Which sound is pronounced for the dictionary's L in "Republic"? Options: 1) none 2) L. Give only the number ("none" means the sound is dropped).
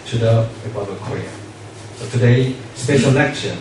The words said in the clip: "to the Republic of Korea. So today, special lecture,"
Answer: 1